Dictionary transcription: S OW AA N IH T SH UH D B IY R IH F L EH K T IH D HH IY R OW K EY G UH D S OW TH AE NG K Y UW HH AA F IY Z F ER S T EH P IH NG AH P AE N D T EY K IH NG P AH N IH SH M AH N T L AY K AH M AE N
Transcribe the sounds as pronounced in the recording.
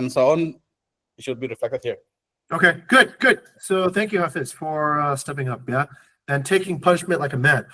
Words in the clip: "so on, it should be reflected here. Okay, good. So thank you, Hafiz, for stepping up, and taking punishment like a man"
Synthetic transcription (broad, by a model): S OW AA N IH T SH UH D B IY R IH F L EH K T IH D HH IY R OW K EY G UH D S OW TH AE NG K Y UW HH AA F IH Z F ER S T EH P IH NG AH P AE N T EY K IH NG P AH N IH SH M AH N T L AY K AH M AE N